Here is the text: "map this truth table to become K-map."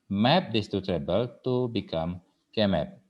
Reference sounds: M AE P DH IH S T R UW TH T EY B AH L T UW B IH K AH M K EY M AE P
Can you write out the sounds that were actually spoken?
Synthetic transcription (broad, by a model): M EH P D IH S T UW T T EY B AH L T UW B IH K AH M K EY M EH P